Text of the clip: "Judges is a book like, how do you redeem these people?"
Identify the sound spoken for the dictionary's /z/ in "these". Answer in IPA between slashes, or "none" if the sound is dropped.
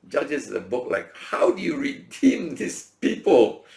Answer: /s/